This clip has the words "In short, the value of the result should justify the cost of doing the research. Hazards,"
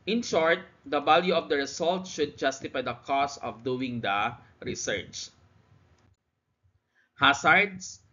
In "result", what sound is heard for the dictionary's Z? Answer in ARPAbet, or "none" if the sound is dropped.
S